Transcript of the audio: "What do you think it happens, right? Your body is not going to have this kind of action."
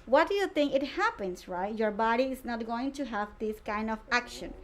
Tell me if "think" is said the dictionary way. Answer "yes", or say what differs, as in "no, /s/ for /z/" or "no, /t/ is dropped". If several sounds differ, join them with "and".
no, /t/ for /θ/